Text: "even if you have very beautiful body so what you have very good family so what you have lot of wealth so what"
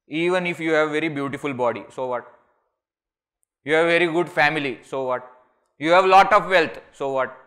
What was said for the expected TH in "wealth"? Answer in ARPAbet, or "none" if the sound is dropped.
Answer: T